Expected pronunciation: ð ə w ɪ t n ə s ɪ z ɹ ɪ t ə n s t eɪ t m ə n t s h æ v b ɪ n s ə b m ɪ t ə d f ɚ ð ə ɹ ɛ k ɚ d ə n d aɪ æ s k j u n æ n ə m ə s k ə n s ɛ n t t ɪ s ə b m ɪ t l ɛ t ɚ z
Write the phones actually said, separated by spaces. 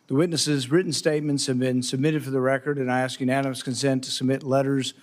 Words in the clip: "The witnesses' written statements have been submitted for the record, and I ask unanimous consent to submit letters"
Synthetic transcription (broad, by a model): ð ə w ɪ t n ə s ɪ z ɹ ɪ t n s t eɪ t m ə n t s h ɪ v b ɪ n s ə b m ɪ t ə d f ɚ ð ə ɹ ɛ k ɚ d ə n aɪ æ s k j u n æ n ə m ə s k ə n s ɛ n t t ɪ s ə b m ɪ t l ɛ t ɚ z